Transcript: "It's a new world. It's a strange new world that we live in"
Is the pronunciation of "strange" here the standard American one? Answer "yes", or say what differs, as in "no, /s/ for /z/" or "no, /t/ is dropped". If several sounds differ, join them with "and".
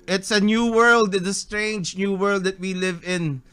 yes